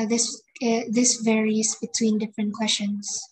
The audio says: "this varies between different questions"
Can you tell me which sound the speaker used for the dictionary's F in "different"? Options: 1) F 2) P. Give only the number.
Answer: 1